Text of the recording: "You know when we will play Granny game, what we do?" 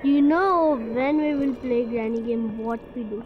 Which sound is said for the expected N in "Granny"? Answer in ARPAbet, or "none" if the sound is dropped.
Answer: N